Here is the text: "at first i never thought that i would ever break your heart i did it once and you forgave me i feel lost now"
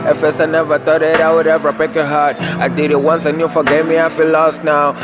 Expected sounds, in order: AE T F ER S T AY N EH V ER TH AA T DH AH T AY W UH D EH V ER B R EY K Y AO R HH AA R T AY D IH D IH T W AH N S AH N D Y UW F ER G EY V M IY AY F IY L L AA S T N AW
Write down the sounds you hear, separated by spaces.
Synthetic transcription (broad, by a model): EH F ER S AY N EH V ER T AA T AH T AY W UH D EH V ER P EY K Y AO HH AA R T AY D IH D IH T W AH N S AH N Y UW F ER G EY M IY AY F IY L L AA S T N AW